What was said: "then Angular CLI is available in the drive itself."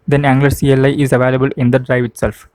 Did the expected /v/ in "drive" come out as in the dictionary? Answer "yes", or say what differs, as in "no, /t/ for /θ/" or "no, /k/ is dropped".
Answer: yes